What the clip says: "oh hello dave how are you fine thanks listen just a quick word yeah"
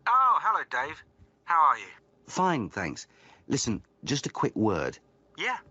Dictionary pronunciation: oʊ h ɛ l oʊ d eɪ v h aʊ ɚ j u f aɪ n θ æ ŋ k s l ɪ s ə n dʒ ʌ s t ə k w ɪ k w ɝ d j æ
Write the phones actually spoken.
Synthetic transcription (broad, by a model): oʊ h ɛ l oʊ d eɪ v h aʊ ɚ j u f aɪ n θ æ ŋ k s l ɪ s ə n dʒ ʌ s t ə k w ɪ k w ɝ d j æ